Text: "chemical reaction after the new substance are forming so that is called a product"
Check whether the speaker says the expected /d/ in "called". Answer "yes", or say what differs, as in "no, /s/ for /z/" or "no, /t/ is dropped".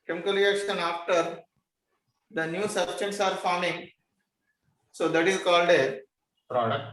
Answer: yes